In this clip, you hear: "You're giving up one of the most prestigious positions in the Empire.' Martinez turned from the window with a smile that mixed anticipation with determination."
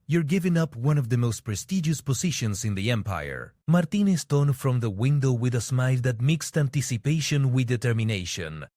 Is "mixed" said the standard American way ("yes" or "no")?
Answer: yes